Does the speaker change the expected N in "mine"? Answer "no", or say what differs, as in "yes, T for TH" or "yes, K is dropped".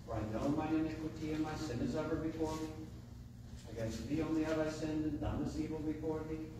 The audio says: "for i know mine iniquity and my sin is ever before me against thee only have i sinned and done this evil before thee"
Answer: yes, N is dropped